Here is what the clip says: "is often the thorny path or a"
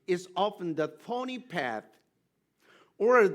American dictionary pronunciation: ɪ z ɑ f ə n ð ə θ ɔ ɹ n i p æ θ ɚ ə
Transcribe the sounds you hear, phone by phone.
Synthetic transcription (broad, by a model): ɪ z ɑ f ə n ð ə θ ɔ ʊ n i p æ θ ɚ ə